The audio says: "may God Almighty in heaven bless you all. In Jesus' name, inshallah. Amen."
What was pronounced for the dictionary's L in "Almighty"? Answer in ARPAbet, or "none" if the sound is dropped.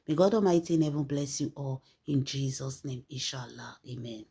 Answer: none